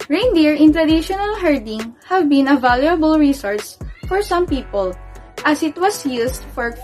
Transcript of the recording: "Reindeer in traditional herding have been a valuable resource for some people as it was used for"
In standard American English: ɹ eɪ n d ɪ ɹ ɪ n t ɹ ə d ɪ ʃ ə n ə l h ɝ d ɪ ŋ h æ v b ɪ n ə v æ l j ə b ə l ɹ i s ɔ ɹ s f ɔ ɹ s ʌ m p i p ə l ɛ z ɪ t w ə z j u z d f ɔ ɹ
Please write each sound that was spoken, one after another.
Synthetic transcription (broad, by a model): ɹ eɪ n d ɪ ɹ ɪ n t ɹ ə d ɪ ʃ ə n ə l h ɝ d ɪ ŋ h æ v b ɪ n ə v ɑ l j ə b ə l ɹ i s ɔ ɹ s f ɔ ɹ s ʌ m p i p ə l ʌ s ɪ t w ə s j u s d f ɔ ɹ